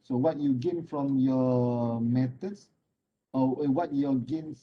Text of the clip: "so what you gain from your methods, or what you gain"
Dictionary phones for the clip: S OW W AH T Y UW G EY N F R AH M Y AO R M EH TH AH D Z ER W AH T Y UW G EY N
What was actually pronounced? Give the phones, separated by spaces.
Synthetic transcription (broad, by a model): S OW W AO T Y UW G EY N F R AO M Y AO M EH T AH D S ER W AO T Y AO G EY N